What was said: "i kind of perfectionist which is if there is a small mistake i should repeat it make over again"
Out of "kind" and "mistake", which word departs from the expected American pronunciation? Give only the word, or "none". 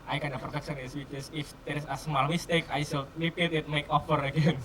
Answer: kind